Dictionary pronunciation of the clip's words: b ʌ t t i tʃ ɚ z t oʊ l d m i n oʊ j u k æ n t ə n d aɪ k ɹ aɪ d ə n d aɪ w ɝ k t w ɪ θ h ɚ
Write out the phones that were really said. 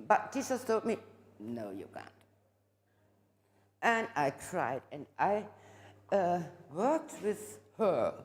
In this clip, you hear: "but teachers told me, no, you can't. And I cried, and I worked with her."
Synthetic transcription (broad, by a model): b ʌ t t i s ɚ s t oʊ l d m i n oʊ j u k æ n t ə n aɪ k ɹ aɪ d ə n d aɪ w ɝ k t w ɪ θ h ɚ